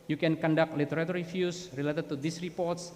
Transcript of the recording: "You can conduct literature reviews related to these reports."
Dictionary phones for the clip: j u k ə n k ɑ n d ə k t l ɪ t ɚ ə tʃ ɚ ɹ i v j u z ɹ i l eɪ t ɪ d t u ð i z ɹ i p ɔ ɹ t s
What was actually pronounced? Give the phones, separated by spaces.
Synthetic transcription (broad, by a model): j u k ə n k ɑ n d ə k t l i t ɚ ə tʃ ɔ ɹ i f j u s ɹ i l eɪ t ɪ d t u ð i s ɹ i p ɔ ɹ t s